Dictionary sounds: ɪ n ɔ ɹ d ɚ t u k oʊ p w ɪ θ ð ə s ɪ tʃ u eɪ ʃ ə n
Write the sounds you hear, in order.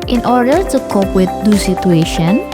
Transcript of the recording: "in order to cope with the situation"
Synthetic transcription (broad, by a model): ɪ n ɔ ɹ d ɚ t u k oʊ p w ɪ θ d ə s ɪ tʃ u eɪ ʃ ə n